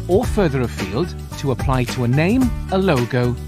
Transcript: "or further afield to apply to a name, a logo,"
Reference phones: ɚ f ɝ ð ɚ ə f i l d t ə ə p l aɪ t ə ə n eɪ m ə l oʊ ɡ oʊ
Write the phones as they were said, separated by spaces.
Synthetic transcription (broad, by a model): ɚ f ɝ ð ɚ ə f i l d t ə ə p l aɪ t ə ə n eɪ m ə l oʊ ɡ oʊ